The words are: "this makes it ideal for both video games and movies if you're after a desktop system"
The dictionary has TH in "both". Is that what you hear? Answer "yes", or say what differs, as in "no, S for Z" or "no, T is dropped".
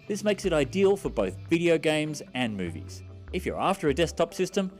yes